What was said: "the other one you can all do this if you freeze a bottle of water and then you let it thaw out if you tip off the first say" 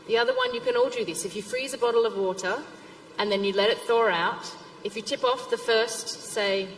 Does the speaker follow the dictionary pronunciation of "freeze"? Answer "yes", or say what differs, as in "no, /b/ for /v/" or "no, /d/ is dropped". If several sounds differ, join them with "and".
yes